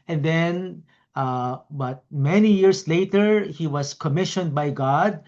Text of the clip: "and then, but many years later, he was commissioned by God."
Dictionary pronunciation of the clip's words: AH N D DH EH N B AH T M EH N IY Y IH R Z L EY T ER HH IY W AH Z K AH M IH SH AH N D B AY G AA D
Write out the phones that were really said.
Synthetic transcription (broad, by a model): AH N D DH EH N B AH T M EH N IY Y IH R S L EY T ER HH IY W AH S K AH M IH SH AH N D B AY G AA D